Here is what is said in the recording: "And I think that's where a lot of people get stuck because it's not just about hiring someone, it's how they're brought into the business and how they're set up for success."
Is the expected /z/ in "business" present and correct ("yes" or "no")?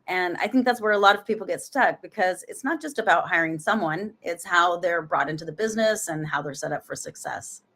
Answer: yes